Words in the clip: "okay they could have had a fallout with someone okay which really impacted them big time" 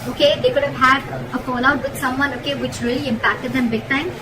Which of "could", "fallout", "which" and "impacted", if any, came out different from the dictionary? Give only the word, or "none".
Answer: fallout